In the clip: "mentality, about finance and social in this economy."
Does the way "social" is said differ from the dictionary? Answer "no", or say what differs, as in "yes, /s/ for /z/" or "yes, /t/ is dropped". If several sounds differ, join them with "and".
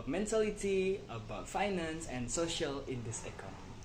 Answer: no